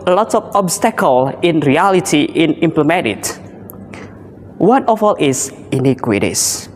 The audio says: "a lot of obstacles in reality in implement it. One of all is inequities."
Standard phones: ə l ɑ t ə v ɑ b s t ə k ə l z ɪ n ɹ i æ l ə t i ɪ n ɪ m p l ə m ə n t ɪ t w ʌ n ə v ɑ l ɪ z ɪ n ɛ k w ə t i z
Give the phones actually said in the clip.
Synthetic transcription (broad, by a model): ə l ɑ t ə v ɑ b s t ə k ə l ɪ n ɹ i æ l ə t i ɪ n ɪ m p l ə m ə t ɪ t w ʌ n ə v ɑ l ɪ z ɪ n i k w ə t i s